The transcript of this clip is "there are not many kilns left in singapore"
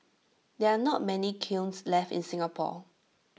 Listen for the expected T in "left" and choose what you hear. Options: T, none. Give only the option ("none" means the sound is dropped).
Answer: T